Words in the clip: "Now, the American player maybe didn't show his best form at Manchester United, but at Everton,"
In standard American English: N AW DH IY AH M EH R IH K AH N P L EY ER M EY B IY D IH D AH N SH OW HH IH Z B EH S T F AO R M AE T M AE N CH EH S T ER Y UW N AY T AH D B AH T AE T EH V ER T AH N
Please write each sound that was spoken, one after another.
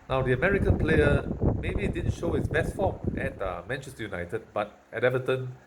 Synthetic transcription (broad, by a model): N AW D IY AH M EH R IH K AH N P L EY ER M EY B IY D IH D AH N SH OW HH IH S B EH S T F AO M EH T M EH N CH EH S T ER Y UW N AY T AH D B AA T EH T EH V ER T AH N